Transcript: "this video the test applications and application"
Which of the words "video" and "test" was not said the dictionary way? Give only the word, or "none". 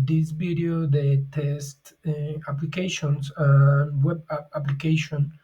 video